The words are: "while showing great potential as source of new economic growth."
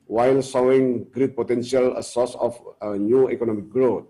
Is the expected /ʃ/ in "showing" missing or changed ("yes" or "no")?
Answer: yes